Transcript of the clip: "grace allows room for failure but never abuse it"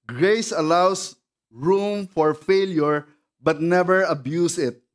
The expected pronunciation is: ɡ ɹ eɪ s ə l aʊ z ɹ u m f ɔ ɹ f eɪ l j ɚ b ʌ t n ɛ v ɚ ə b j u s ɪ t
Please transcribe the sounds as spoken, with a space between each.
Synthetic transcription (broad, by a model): ɡ ɹ eɪ s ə l aʊ s ɹ u m f ɔ ɹ f eɪ l j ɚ b ʌ t n ɛ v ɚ ə b j u s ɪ t